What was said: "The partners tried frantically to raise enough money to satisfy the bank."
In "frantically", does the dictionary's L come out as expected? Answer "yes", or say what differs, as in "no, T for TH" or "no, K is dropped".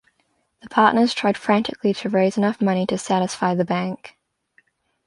yes